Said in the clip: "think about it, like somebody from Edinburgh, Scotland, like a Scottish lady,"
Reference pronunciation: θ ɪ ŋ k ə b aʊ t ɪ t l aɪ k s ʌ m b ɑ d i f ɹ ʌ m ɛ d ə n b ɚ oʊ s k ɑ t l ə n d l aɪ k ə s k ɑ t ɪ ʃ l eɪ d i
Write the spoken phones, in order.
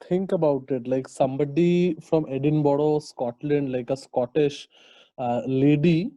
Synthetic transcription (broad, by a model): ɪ ŋ k ə b aʊ t ɪ t l aɪ k s ʌ m b ɑ d i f ɹ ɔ m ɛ d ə n b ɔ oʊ s k ɑ t l ə n d l aɪ k ə s k ɑ t ɪ ʃ l eɪ d i